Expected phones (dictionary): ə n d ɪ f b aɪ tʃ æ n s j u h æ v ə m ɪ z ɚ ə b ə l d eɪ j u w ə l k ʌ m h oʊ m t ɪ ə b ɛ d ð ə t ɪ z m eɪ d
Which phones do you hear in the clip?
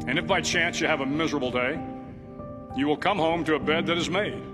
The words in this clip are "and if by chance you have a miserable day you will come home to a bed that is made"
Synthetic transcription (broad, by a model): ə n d ɪ f b aɪ tʃ æ n s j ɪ v ə m ɪ z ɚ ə b l d eɪ j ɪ w ə l k ʌ m h oʊ m t ɪ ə b ɛ d ð ə t ɪ z m eɪ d